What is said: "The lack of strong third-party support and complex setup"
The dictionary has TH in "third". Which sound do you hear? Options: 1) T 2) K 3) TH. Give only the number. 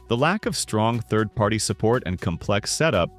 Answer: 3